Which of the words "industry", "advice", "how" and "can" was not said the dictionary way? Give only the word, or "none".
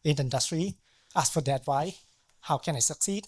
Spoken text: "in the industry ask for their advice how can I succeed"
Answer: advice